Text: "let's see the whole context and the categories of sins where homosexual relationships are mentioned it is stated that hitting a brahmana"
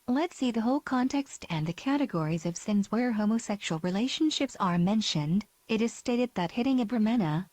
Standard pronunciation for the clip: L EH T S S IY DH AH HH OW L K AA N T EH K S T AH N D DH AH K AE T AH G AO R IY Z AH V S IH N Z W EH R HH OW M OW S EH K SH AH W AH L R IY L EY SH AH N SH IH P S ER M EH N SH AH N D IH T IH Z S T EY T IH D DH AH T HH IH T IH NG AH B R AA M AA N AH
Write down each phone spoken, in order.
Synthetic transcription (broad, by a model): L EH T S S IY DH AH HH OW L K AA N T EH K S T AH N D DH AH K AE T AH G AO R IY Z AH V S IH N Z W EH R HH OW M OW S EH K SH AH L R IY L EY SH AH N SH IH P S ER M EH N SH AH N D IH T IH Z S T EY T IH D DH AH T HH IH T IH NG AH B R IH M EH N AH